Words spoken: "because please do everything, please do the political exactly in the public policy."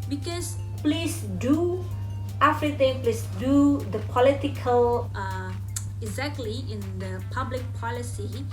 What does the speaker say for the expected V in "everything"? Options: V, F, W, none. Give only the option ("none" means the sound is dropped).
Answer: F